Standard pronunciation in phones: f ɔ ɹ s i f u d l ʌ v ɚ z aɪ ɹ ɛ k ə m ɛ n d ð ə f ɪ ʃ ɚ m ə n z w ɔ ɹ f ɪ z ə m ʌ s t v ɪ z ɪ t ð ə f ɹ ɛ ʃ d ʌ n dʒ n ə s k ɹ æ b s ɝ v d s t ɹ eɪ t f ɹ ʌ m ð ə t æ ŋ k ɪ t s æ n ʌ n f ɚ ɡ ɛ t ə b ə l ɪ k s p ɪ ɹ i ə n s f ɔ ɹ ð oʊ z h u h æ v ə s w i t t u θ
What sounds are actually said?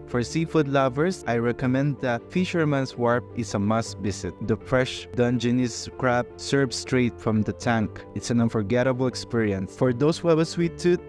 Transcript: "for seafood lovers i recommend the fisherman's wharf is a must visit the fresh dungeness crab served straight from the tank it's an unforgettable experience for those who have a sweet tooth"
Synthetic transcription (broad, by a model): f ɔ ɹ s i f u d l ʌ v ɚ s aɪ ɹ ɛ k ə m ɛ n d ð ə f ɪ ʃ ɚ m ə n s w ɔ ɹ p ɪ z ə m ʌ s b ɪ s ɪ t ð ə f ɹ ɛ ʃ d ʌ n dʒ n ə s k ɹ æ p s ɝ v s t ɹ eɪ t f ɹ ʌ m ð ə t æ ŋ k ɪ t s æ n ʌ n f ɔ ɡ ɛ t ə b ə l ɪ k s p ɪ ɹ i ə n s f ɔ ɹ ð oʊ s h u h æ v ə s w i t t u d